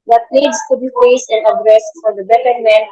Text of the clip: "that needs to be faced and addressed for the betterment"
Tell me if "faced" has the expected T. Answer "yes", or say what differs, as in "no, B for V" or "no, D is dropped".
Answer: no, T is dropped